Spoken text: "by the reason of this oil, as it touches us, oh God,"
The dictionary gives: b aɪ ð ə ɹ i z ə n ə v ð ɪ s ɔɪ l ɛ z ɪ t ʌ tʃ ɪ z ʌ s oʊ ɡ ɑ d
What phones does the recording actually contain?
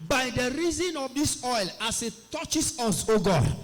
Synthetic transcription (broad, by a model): b aɪ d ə ɹ i z ə n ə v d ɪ s ɔɪ l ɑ s ɪ t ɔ tʃ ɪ s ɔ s oʊ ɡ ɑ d